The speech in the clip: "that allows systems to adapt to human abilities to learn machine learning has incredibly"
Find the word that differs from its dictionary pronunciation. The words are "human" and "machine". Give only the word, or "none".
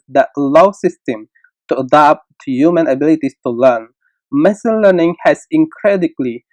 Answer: machine